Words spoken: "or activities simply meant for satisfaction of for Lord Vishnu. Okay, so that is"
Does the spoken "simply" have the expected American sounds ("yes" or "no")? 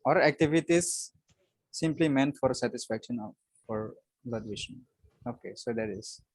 yes